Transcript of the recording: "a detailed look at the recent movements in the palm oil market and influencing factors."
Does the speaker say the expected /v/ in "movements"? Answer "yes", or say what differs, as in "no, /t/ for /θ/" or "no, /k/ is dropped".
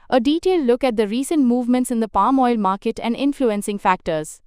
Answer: yes